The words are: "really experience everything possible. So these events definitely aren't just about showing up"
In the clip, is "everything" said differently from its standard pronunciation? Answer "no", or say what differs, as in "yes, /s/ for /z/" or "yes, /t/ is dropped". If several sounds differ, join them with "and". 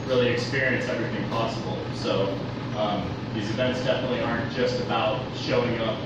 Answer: no